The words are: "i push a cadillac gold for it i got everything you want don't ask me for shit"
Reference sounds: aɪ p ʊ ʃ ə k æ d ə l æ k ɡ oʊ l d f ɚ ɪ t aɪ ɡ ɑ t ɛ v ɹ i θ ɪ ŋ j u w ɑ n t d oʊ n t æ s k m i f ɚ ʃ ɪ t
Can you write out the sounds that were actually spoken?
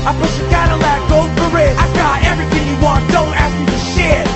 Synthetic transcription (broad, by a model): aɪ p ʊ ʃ ə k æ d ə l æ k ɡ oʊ d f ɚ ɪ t aɪ ɡ ɑ t ɛ v ɹ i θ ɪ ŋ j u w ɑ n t d oʊ n t æ s k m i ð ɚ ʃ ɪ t